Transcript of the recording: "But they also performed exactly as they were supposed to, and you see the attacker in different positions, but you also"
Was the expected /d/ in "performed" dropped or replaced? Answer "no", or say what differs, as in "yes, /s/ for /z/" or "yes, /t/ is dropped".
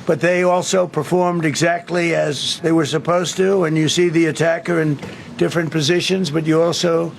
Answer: no